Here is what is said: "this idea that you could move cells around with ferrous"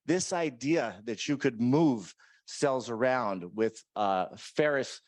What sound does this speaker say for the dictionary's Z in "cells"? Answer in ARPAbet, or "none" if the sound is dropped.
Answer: Z